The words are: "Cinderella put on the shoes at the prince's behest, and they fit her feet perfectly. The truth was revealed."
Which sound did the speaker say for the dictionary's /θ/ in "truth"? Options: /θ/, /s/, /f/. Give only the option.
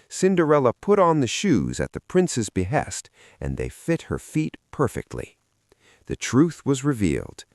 /θ/